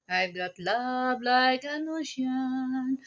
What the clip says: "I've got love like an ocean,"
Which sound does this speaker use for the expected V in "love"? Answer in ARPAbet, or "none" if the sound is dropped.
B